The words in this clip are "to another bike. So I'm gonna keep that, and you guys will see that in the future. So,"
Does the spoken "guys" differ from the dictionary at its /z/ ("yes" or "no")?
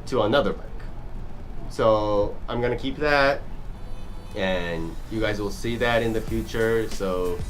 no